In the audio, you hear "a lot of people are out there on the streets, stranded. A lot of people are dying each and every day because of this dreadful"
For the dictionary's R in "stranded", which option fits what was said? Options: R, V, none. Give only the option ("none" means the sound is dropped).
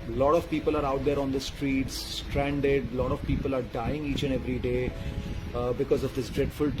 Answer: R